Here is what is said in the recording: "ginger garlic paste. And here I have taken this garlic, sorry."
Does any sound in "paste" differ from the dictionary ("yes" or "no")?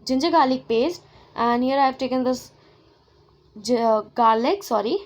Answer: no